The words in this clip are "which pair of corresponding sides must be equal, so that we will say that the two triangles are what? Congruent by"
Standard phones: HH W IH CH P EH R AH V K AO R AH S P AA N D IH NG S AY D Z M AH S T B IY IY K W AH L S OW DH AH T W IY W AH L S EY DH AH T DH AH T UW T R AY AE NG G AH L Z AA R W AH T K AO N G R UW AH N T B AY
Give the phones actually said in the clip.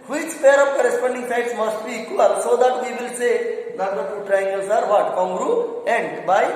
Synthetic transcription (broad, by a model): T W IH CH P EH R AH P K AO R AH S P AA N D IH NG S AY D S M AH S T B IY IY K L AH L S OW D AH T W IY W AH L S EY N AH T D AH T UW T R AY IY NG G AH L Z AA R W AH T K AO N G R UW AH N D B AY